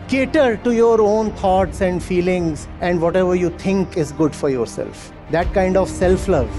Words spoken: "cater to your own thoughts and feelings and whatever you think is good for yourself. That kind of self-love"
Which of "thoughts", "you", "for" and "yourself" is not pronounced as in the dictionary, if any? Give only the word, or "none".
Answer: thoughts